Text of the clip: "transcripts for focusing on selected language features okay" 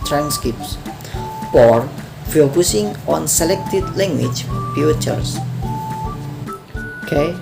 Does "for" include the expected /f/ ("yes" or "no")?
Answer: no